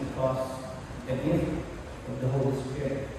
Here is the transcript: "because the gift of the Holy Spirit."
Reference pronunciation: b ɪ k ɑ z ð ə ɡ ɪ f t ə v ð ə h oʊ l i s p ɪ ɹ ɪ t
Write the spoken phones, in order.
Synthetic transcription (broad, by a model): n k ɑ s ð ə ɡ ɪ t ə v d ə h oʊ l i s p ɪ ɹ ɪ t